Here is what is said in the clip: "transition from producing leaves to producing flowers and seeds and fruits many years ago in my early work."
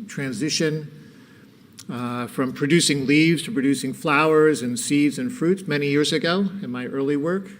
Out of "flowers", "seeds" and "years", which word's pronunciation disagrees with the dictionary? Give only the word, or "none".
none